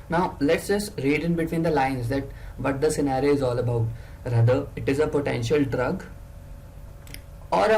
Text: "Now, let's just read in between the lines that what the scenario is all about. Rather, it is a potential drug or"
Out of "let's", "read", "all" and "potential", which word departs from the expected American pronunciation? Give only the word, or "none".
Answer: none